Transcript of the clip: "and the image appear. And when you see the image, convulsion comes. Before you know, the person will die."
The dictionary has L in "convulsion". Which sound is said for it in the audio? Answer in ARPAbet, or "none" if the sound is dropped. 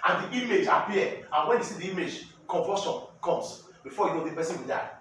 none